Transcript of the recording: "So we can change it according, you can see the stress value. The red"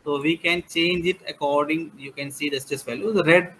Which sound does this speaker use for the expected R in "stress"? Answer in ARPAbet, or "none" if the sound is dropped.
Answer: none